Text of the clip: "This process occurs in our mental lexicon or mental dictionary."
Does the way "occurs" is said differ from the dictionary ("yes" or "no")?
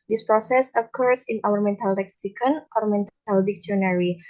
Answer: yes